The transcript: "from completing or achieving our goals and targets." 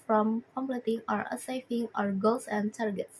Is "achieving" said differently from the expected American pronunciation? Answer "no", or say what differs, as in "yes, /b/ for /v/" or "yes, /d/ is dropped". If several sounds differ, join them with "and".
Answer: yes, /s/ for /tʃ/ and /f/ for /v/